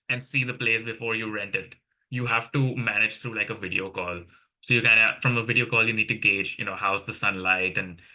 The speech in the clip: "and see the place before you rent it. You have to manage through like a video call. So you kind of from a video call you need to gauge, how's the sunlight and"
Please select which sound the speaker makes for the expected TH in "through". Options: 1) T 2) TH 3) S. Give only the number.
1